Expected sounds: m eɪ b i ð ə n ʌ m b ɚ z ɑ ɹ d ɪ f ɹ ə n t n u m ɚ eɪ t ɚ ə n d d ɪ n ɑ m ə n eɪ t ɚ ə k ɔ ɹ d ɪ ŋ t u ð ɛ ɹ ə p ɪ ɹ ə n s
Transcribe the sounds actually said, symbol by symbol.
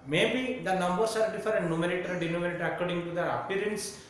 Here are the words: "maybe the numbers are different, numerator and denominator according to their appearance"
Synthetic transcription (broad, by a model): m eɪ b i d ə n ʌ m b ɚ s ɑ ɹ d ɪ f ə t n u m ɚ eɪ t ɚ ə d d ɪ n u m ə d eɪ t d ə k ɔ ɹ d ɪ ŋ t u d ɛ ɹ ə p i ɹ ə n s